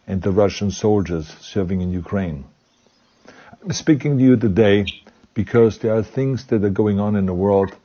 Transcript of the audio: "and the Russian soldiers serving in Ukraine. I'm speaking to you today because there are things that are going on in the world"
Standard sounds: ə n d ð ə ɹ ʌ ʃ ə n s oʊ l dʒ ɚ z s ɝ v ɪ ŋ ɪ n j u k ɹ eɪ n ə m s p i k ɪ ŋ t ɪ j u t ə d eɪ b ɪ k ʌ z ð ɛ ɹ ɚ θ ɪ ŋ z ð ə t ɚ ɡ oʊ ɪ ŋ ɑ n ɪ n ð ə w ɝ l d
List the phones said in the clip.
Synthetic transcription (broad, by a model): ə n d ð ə ɹ ʌ ʃ ə n s oʊ l dʒ ɚ z s ɝ v ɪ ŋ ɪ n j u k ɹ eɪ ə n s p i k ɪ ŋ t ɪ j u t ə d eɪ b ɪ k ʌ z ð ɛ ɹ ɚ θ ɪ ŋ z ð ə t ɚ ɡ oʊ ɪ ŋ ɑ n ɪ n ð ə w ɝ l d